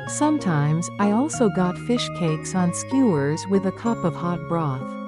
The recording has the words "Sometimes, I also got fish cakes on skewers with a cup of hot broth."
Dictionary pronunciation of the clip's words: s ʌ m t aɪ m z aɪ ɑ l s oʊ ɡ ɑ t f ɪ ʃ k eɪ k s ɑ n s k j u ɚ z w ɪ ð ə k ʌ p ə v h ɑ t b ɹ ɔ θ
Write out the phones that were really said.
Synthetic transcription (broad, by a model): s ʌ m t aɪ m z aɪ ɑ l s oʊ ɡ ɑ t f ɪ ʃ k eɪ k s n s k j u ɚ z w ɪ ð ə k ʌ p ə v h ɑ t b ɹ ɔ θ